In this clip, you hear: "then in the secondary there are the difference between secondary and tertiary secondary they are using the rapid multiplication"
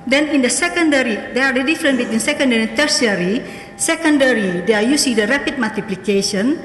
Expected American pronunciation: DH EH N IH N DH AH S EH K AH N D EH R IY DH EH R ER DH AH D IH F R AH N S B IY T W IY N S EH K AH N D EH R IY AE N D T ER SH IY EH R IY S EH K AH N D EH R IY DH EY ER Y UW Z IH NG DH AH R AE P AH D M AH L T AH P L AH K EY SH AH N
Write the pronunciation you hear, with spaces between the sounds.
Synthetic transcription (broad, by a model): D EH N IH N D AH S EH K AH N D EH R IY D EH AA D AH D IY F R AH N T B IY T W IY N S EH K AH N D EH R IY T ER S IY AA R IY S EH K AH N D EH R IY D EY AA Y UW S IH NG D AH R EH P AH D M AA L T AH P L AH K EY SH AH N